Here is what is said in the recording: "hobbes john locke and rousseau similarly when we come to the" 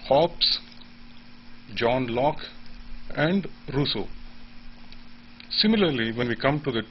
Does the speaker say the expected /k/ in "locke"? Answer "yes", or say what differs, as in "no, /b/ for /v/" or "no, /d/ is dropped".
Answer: yes